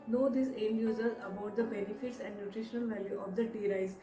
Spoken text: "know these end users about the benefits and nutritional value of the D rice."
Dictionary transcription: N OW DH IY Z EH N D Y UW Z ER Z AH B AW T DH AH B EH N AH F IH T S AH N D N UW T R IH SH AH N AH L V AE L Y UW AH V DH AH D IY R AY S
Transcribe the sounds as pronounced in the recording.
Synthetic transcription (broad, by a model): N OW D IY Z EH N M Y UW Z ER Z AH B AW T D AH B EH N AH F IH T S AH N D N UW T R IH SH AH N AH L V AE L Y UW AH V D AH D IY R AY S